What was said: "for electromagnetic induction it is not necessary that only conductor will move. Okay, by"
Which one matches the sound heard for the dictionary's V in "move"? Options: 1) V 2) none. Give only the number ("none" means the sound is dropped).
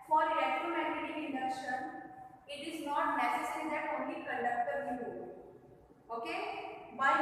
2